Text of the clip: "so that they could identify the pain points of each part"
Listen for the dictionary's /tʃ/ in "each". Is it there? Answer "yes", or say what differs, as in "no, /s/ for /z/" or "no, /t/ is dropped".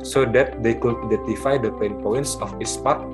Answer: no, /s/ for /tʃ/